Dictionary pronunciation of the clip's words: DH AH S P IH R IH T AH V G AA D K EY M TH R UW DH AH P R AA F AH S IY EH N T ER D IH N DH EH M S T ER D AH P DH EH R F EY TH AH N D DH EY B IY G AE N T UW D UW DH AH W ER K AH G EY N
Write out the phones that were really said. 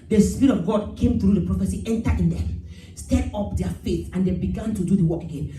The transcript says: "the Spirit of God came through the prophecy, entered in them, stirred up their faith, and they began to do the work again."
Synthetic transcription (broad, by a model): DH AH S P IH R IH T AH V G AA D K EY M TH R UW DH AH P R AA F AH S IY EH N T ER IH N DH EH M S T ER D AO P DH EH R F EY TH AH N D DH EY B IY G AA N T UW D UW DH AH W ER K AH G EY N